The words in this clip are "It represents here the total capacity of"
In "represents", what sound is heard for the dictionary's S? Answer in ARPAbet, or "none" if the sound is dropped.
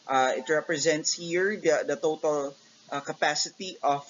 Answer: S